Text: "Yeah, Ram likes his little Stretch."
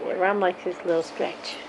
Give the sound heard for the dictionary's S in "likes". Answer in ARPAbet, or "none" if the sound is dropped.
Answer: none